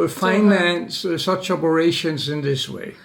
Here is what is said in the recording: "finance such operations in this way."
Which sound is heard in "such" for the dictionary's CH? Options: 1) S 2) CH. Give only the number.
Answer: 2